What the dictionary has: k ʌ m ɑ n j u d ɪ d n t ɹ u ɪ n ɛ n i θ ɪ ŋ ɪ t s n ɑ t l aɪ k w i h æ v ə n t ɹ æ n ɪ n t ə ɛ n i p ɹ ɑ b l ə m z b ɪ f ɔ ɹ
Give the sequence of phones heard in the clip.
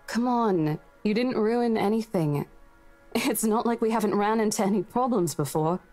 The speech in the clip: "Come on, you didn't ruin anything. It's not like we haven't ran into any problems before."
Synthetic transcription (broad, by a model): k ʌ m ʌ n j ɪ d ɪ d n t ɹ u ɪ n ɛ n i θ ɪ ŋ ɪ t s n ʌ t l aɪ k w i h æ v ə n t ɹ æ n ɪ n t ɛ n i p ɹ ɑ b l ə m z b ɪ f ɔ ɹ